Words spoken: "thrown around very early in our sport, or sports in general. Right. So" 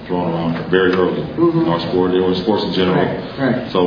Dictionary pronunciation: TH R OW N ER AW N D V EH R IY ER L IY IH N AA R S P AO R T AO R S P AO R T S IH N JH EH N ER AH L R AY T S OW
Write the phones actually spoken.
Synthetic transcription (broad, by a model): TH R OW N ER AW N D V EH R IY ER L IY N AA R S P AO R T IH W S P AO R T S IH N JH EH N ER L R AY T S OW